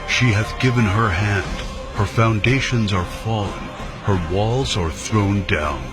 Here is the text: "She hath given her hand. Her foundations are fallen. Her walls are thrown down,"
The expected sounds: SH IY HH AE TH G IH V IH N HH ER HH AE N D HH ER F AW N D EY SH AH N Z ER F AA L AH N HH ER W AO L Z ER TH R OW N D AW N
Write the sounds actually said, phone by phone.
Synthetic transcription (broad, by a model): SH IY HH AE TH G IH V IH N HH ER HH AE N D HH ER F AW N D EY SH AH N Z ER F AA L AH N HH ER W AO L Z ER TH R OW N D AW N